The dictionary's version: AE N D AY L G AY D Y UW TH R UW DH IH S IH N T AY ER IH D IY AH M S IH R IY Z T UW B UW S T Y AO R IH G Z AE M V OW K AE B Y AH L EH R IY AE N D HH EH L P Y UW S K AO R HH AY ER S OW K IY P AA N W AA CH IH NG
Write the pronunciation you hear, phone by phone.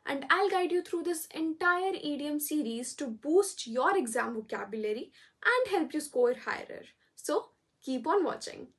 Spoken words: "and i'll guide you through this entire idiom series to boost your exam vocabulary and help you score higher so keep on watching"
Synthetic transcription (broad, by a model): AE N D AY L G AY D Y UW T R UW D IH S IH N T AY ER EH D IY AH M S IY R IY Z T UW B UW S T Y AO R IH G Z AE M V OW K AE B Y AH L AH R IY AE N D HH EH L P Y UW S K AO R HH AY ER S OW K IY P AA N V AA CH IH NG